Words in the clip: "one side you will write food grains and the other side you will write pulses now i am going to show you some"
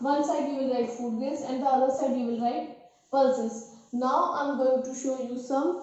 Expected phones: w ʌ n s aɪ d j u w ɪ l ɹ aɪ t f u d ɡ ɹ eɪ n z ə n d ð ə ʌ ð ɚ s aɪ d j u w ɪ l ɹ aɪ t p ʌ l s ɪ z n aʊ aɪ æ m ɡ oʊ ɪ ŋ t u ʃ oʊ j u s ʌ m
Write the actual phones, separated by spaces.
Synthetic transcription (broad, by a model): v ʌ n s aɪ d j u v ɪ l ɹ aɪ t f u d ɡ eɪ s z ə n d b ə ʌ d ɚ s aɪ d j u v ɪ l ɹ aɪ t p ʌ l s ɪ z n aʊ aɪ m ɡ oʊ ɪ ŋ t u ʃ oʊ j u s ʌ m